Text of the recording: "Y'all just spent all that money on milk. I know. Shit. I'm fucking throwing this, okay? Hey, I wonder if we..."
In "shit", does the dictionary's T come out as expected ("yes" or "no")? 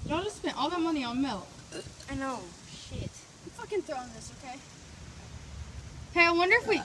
yes